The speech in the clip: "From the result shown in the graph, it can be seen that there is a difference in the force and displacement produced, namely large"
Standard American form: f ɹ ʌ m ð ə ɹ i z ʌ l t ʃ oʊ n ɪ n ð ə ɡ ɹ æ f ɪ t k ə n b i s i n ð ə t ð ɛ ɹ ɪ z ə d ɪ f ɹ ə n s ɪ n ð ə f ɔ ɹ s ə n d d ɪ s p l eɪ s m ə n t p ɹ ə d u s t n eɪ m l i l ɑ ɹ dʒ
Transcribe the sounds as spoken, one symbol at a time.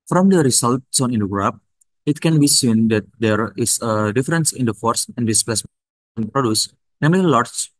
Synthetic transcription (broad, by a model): f ɹ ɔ m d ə ɹ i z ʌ l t s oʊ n ɪ n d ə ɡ ɹ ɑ p ɪ t k ə n b i s i n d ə t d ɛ ɹ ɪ s ə d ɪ f ɹ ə n s ɪ n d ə f ɔ ɹ s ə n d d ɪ s p l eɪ s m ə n p ɹ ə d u s n eɪ m l i l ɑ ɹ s